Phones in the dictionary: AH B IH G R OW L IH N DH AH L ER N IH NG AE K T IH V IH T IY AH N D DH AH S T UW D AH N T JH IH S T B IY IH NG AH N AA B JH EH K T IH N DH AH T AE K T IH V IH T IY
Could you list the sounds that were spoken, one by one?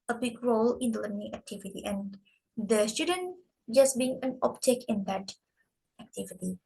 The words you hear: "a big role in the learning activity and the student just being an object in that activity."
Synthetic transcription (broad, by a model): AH B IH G R OW L IH N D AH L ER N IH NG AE K T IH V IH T IY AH N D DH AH S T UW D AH N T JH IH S B IY IH NG AH N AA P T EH K IH N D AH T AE K T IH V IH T IY